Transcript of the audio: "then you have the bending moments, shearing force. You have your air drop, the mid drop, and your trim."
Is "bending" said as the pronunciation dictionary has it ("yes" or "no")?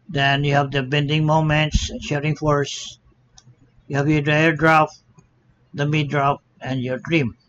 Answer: yes